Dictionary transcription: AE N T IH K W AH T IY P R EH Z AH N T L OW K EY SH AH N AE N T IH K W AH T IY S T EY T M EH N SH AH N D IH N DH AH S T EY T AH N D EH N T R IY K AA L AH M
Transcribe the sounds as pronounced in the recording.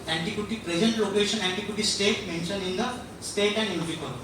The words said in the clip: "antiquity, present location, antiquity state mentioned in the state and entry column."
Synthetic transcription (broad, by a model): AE N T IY K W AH T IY P R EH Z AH N T L OW K EY SH AH N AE N T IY K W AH T IY S T EY T M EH N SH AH N IH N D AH S T EY T AH N D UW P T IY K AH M